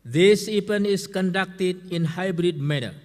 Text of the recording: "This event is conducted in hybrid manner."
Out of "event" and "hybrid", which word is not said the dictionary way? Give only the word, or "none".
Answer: event